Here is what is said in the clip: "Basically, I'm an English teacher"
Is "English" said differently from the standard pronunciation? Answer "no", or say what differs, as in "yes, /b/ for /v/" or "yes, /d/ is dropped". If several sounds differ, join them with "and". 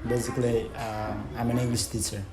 yes, /s/ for /ʃ/